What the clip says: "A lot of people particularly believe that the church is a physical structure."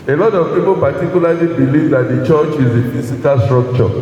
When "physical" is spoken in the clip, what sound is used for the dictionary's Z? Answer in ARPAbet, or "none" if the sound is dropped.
S